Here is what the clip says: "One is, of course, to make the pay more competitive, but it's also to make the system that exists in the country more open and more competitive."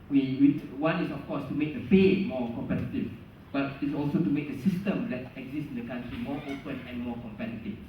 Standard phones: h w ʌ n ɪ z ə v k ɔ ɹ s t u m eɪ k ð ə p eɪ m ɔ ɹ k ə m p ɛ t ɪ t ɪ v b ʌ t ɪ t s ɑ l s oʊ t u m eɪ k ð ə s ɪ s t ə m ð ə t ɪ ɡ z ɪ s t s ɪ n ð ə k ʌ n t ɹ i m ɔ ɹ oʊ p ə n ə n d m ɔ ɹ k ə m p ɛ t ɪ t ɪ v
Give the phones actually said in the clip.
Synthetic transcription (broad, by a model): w w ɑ n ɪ s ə f k ɔ s t u m eɪ k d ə f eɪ m ɔ k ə m p ɛ t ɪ t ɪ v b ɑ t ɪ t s ɑ l s oʊ t u m eɪ k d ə s ɪ s t ə m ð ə t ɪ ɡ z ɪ s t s ɪ n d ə k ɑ n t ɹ i m ɔ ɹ oʊ p ə n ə n m ɔ k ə m p ɛ t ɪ t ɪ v